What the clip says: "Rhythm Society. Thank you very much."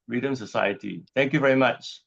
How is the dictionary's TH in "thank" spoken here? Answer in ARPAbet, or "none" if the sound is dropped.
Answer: T